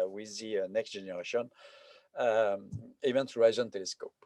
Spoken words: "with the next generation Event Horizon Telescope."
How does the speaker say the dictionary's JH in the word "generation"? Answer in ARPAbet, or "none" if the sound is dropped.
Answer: ZH